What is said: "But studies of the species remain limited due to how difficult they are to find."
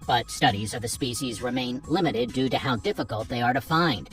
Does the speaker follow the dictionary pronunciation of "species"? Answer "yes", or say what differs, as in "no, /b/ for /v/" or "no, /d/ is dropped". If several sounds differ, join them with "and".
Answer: yes